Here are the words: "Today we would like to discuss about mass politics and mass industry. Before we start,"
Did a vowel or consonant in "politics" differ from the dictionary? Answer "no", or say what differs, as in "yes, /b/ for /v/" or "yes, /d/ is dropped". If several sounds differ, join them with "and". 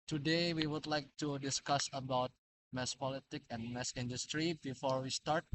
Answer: yes, /s/ is dropped